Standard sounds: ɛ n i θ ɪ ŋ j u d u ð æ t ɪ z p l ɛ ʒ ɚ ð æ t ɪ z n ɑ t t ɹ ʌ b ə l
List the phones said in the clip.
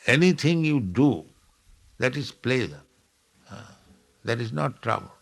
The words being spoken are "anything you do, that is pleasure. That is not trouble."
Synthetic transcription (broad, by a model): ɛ n i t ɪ ŋ j u d u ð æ t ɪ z p l ɛ z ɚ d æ t ɪ z n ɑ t t ɹ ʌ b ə l